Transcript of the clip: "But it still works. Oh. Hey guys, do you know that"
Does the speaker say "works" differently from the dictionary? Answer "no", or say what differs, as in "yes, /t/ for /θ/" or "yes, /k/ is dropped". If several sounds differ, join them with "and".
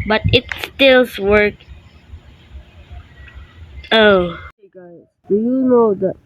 yes, /s/ is dropped